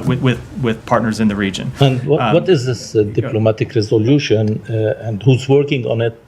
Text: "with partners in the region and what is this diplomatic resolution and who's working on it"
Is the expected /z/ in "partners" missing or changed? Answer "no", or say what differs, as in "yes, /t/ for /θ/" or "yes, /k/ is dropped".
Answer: no